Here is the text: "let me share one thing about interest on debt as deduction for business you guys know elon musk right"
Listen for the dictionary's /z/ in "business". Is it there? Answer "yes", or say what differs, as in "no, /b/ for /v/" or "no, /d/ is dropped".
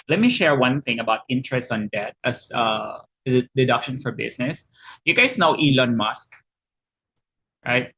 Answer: no, /s/ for /z/